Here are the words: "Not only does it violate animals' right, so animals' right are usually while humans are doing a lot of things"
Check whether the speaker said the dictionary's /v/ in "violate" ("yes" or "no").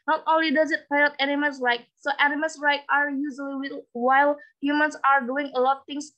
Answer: no